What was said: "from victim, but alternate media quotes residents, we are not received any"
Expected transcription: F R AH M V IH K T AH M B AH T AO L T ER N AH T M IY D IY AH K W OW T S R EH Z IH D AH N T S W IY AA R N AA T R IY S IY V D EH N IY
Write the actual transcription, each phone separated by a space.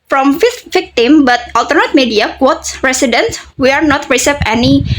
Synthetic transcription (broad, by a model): F R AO M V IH K T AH M B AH T AO L T ER N AH T M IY D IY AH K W OW T S R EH S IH D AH N S W IY AA R N AA T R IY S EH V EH N IY